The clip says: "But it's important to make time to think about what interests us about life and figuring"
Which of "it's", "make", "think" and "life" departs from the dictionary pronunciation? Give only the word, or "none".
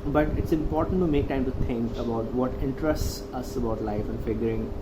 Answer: think